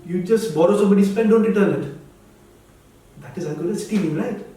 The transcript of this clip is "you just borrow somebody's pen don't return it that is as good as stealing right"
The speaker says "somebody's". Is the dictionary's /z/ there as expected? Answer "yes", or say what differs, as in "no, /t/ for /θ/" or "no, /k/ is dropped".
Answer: no, /s/ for /z/